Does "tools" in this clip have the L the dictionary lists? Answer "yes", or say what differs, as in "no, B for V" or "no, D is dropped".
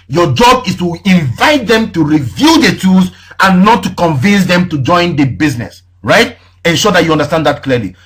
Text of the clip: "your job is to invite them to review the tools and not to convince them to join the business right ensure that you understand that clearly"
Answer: no, L is dropped